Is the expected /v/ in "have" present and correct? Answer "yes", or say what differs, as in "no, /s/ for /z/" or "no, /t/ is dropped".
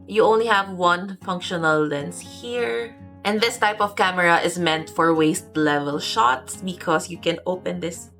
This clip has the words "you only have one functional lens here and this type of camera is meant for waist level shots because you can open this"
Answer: yes